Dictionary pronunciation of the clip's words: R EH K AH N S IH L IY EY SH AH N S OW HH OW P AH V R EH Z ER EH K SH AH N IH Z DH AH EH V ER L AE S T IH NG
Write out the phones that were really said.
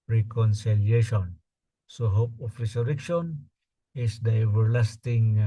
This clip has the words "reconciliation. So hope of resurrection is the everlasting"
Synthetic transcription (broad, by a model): R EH K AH N S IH L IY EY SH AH N S OW HH OW P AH F R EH S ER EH K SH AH N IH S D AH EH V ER L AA S T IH NG